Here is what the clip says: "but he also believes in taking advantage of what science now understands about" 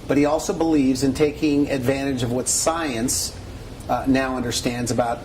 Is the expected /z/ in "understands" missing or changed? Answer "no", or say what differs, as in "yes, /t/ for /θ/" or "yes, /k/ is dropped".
no